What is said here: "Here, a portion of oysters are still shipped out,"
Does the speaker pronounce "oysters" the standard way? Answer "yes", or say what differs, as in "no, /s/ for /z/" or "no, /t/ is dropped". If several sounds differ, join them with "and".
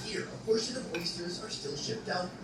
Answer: yes